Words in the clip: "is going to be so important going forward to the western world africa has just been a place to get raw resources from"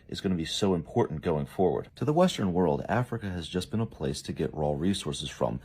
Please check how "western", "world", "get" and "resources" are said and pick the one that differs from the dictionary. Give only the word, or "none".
none